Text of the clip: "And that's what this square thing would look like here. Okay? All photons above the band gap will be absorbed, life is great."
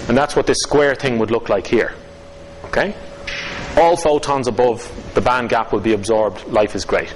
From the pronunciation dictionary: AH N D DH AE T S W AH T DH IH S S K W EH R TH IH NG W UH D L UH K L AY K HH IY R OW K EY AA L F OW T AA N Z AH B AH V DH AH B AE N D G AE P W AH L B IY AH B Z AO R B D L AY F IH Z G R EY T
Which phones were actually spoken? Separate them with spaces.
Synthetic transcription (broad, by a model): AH N DH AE T S W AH T DH IH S S K W EH R TH IH NG W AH D L UH K L AY K HH IY R OW K EY AA L F OW T AA N Z AH B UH V DH AH B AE N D G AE P W AH L B IY AH B Z AO R B D L AY F IH Z G R EY T